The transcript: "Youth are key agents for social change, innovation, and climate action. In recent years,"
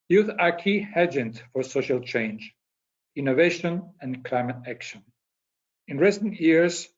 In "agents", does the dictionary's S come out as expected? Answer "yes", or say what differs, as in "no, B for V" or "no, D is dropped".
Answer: no, S is dropped